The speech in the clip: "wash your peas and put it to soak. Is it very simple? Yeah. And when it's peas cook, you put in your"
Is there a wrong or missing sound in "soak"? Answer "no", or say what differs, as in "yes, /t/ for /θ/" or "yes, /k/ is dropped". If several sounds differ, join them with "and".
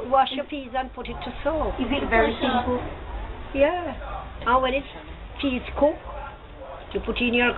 yes, /k/ is dropped